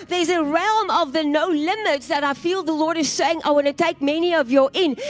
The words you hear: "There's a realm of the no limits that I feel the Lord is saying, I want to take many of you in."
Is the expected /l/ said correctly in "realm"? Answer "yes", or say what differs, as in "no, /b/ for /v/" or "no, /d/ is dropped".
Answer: yes